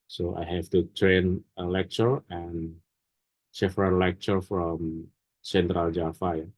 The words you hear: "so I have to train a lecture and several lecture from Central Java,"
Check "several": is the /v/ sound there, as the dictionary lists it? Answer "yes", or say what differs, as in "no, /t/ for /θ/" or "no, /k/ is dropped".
no, /f/ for /v/